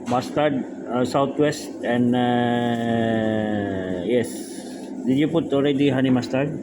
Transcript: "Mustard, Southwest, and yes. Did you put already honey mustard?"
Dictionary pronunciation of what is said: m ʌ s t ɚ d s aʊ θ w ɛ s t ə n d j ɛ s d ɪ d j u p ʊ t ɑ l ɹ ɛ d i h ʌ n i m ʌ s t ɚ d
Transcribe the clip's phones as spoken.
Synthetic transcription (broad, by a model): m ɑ s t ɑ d s aʊ t w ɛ s t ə n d j ɛ s d ɪ d j u p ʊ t ɑ l ɹ ɛ d i h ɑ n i m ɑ s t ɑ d